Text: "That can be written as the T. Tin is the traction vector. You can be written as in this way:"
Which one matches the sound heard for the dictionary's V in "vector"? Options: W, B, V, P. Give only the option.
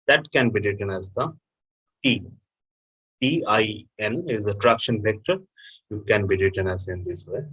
P